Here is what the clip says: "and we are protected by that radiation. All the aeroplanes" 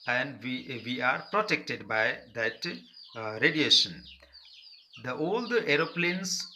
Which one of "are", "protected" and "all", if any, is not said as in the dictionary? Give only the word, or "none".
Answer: none